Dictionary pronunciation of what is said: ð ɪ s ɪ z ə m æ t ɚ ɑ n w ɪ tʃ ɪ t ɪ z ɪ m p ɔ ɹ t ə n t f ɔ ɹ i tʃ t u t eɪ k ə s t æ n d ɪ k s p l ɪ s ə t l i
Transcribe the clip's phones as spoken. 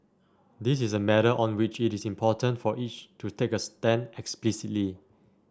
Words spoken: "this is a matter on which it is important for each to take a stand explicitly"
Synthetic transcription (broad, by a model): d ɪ s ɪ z ə m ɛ t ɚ ɑ n w ɪ tʃ ɪ t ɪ s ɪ m p ɔ t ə n t f ɔ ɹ i tʃ t u t eɪ k ə s t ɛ n ɪ k s p l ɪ s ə t l i